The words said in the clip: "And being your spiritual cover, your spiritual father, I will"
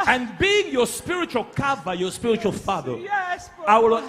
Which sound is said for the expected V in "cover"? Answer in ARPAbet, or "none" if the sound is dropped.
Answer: B